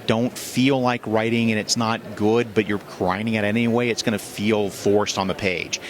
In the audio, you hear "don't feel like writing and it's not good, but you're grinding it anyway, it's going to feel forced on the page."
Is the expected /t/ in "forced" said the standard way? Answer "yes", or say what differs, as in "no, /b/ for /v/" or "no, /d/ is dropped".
yes